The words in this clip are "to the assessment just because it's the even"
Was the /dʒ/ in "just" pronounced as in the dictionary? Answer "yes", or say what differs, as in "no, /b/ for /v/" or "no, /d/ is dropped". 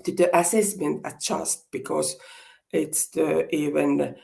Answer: no, /tʃ/ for /dʒ/